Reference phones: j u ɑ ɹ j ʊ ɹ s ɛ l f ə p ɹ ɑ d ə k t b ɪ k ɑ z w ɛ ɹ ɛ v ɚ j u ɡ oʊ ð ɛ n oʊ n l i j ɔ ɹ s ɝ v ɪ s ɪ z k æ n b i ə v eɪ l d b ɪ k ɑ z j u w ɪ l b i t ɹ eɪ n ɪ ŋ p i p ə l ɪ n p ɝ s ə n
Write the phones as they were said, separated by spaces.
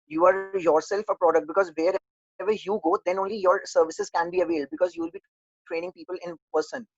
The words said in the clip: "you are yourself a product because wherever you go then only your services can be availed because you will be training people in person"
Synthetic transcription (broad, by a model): j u ɑ ɹ j ʊ ɹ s ɛ l f ə p ɹ ɑ d ə k t b ɪ k ɑ z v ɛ ɹ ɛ v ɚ j u ɡ oʊ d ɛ n oʊ n l i j ɔ ɹ s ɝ v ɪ s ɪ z k æ n b i ə v eɪ l d b ɪ k ɑ z j u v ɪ l b i t ɹ eɪ n ɪ ŋ p i p ə l ɪ n p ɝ s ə n